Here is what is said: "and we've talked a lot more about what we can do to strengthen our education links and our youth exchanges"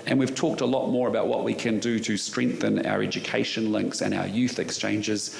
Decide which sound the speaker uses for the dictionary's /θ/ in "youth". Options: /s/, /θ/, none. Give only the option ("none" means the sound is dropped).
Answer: /θ/